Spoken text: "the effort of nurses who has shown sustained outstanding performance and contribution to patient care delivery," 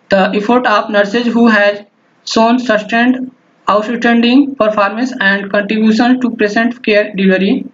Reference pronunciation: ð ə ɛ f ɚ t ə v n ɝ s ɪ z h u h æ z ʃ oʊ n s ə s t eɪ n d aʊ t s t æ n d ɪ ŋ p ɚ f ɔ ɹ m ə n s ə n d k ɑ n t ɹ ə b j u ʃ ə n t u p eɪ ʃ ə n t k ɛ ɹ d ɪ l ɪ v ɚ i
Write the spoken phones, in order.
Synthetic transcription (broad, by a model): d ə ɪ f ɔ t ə p n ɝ s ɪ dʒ h u h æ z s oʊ n s ə s t eɪ n d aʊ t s t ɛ n d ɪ ŋ p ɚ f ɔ ɹ m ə n s ə n d k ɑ n t ɹ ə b j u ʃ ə n t u p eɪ s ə n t k ɛ ɹ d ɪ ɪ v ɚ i